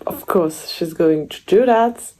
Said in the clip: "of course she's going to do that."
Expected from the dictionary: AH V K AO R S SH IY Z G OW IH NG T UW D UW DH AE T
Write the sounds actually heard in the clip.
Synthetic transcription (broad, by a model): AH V K AO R S SH IY Z G OW IH NG T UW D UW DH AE T